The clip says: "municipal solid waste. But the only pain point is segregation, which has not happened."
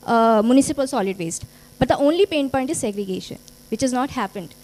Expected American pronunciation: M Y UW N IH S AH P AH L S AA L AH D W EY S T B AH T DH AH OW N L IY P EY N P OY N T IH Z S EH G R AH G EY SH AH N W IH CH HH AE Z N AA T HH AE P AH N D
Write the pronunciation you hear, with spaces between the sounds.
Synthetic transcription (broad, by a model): M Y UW N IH S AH P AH L S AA L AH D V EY S T B AH T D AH OW N L IY P EY N P OY N T IH Z S EH G R AH G EY SH AH N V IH CH HH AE Z N AA T HH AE P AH N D